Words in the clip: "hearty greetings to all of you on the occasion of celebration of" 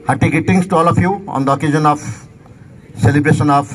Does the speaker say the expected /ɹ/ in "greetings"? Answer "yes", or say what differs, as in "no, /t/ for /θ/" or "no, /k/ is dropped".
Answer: no, /ɹ/ is dropped